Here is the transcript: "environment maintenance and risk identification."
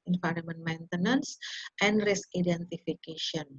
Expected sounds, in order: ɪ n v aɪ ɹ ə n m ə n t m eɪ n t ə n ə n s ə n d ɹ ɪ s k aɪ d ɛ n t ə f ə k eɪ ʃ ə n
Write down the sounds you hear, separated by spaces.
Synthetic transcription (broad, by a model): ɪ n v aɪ ɹ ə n m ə n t m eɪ n t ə n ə n s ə n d ɹ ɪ s aɪ d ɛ n t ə f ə k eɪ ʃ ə n